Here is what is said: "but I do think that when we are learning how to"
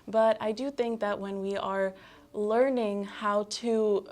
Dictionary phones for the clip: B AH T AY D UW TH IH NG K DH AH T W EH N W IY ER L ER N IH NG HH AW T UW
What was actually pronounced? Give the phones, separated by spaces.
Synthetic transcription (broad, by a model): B AH T AY D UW TH IH NG K DH AH T W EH N W IY ER L ER N IH NG HH AW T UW